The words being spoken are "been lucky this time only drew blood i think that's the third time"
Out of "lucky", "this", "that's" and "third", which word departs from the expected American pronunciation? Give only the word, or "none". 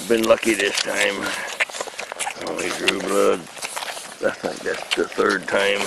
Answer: none